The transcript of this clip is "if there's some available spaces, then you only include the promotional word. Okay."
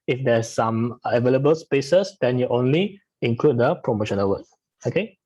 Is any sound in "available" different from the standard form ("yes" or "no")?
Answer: no